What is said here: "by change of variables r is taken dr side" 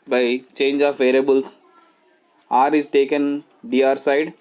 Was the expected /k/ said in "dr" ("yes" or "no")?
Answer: no